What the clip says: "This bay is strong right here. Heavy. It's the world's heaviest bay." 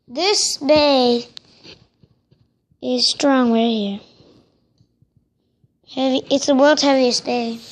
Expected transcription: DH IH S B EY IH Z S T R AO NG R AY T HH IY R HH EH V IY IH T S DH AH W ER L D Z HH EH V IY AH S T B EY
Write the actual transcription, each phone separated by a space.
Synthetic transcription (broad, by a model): DH IH S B EY IH Z S T R AO NG W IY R HH IY R HH EH V IY IH T S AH W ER L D HH EH V IY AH S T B EY